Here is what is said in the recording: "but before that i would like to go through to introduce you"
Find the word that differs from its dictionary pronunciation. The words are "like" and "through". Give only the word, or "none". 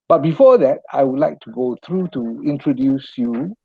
through